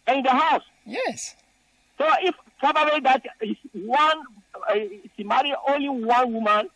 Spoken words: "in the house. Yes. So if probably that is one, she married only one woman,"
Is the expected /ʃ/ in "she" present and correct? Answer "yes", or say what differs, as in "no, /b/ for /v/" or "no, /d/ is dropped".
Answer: no, /s/ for /ʃ/